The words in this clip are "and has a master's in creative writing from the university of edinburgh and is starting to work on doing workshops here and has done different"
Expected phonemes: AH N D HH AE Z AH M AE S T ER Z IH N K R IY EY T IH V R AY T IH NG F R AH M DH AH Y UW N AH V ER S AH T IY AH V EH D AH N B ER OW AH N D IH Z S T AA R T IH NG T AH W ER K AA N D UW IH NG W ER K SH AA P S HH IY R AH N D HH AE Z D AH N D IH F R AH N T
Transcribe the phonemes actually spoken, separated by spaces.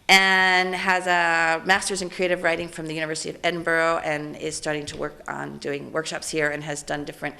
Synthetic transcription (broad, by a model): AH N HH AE Z AH M AE S T ER Z IH N K R IY EY T IH V R AY T IH NG F R AH M DH AH Y UW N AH V ER S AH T IY AH V EH D N B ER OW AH N IH Z S T AA R T IH NG T AH W ER K N D UW IH NG W ER K SH AA P S HH IY R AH N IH Z D AH N D IH F R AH N T